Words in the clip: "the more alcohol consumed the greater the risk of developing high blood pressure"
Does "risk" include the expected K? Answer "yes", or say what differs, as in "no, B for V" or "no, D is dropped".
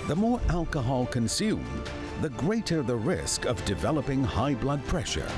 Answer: yes